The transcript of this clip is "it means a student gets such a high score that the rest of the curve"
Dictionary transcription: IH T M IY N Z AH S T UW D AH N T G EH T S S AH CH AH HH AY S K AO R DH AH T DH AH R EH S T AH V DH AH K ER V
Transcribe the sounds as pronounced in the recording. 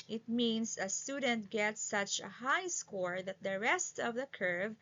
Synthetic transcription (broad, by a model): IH T M IY N S AH S T UW D AH N T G EH T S S AH CH AH HH AY S K AO R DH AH T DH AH R EH S T AH V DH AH K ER V